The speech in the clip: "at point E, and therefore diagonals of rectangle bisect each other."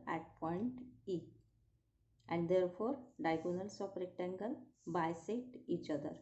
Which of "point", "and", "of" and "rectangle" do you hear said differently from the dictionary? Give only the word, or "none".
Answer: of